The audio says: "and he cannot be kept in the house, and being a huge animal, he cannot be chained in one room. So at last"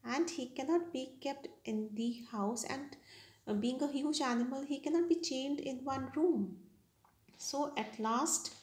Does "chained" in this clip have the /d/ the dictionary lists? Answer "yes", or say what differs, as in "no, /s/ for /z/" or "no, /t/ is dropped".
yes